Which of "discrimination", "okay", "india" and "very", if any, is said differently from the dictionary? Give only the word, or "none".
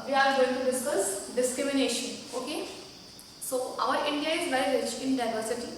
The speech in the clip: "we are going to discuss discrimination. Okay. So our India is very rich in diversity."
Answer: very